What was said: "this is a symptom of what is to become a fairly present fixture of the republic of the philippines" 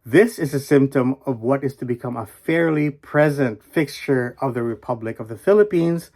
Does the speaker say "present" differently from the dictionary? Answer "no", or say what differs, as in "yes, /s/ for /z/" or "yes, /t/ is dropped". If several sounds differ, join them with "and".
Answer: no